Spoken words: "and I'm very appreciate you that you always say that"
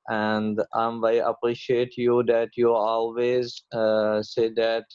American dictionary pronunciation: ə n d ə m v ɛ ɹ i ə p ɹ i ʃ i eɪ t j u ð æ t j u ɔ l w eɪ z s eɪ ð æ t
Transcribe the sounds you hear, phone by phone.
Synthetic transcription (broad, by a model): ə n d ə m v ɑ i ə p ɹ i ʃ i eɪ t j u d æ t j u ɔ l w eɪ z s eɪ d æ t